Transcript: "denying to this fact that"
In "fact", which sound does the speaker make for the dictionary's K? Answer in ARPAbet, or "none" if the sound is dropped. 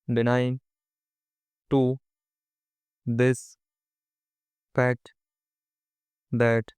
none